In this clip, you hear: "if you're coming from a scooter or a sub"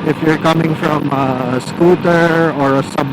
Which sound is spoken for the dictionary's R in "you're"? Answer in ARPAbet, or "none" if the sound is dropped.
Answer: R